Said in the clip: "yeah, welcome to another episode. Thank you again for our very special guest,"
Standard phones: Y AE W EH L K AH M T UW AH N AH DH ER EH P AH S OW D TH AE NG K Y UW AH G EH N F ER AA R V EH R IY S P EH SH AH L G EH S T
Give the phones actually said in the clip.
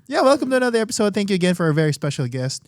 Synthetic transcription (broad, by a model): Y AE W EH L K AH M T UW AH N AH DH ER EH P AH S OW D TH AE NG K Y UW AH G EH N F ER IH V EH R IY S P EH SH L G EH S T